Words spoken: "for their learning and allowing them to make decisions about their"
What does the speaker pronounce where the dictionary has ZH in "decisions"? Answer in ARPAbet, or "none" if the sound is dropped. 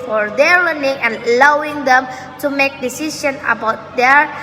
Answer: SH